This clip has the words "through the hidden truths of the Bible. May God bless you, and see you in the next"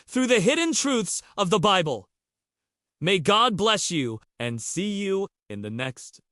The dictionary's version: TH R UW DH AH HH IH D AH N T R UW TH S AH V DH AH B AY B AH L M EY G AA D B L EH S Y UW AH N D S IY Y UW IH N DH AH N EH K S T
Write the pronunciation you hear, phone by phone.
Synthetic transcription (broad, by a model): TH R UW DH AH HH IH D N T R UW TH S AH V DH AH B AY B AH L M EY G AA D B L EH S Y UW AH N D S IY Y UW IH N DH AH N EH K S T